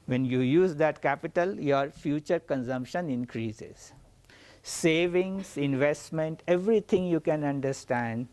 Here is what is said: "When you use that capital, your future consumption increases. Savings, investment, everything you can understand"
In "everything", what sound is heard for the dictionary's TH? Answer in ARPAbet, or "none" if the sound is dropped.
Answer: T